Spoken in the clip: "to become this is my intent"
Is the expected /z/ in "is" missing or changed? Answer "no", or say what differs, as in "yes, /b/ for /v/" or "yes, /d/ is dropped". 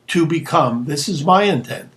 no